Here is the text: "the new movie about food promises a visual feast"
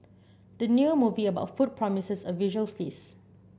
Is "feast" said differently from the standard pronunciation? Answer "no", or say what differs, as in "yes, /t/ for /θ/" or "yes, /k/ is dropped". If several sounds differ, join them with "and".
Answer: yes, /t/ is dropped